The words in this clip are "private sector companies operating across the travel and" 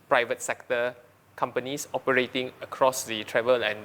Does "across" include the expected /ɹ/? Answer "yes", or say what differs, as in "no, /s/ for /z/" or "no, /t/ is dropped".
yes